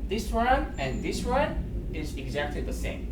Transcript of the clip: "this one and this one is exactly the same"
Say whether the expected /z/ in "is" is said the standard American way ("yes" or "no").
yes